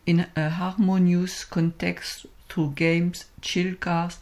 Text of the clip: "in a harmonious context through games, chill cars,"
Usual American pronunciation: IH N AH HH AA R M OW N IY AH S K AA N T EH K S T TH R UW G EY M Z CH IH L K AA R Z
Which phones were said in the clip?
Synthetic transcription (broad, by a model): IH N AH HH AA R M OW N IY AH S K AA N T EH K S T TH R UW G EY M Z CH IH L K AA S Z